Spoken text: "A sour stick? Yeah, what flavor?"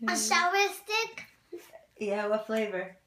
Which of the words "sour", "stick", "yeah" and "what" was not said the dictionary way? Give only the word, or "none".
sour